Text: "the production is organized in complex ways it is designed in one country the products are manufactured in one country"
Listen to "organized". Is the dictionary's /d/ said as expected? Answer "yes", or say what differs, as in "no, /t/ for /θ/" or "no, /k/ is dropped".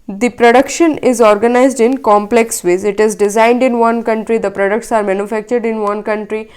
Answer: yes